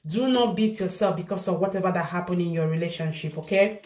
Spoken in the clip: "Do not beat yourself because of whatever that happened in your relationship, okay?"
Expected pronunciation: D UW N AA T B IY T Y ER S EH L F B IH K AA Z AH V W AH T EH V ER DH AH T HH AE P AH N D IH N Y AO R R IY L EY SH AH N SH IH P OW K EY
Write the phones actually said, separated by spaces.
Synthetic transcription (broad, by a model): D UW N AA T B IY T Y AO S EH L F B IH K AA S AH V W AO T EH V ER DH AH T HH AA P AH N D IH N Y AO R R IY L EY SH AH N SH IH P OW K EY